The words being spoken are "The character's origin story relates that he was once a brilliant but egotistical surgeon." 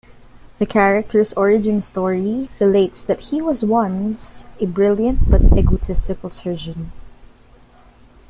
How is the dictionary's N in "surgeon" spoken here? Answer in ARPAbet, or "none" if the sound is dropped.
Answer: N